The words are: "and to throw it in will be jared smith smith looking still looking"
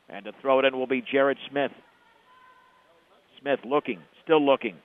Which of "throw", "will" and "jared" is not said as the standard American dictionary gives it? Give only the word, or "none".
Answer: none